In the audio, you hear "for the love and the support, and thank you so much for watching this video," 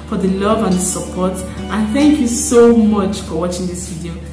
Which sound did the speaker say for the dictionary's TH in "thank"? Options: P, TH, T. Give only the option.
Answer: TH